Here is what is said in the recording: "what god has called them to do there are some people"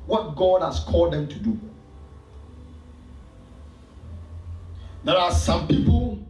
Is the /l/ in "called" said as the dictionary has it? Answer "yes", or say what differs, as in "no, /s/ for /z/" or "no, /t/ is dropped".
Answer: yes